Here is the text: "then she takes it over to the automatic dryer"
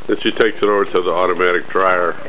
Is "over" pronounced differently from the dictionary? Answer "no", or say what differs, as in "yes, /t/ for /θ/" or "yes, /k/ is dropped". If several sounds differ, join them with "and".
yes, /w/ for /v/